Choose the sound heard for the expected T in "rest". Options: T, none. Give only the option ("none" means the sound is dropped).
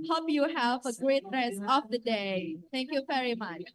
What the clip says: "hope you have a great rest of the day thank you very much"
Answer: none